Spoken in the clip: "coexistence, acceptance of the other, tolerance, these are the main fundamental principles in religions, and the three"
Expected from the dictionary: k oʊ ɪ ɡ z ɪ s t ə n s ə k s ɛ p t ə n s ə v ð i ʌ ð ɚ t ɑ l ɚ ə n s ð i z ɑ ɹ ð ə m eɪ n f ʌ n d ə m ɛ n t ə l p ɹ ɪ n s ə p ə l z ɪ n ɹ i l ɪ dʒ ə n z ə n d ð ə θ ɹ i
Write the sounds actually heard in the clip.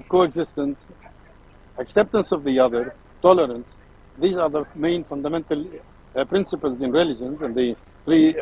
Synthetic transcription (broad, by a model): k oʊ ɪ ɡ z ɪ s t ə n s ə k s ɛ p t ə n s ə v ð i ʌ ð ɚ t ɑ l ɚ ə n s ð i z ɑ ɹ ð ə m eɪ n f ʌ n d ə m ɛ n t ə l p ɹ ɪ n s ə p ə l z ɪ n ɹ i l ɪ dʒ ə n z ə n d ð ə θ ɹ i